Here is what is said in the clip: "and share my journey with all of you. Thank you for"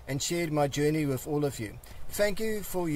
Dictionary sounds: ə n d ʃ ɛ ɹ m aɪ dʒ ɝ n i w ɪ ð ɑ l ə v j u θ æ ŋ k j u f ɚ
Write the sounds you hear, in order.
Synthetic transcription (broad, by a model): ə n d ʃ ɛ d m aɪ dʒ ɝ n i w ɪ ð ɑ l ə v j u θ æ ŋ k j u f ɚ